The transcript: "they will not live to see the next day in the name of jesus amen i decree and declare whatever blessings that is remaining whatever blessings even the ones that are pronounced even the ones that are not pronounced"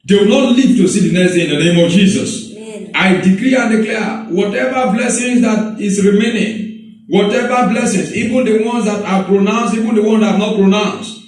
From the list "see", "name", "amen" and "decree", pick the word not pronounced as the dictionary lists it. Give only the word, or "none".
amen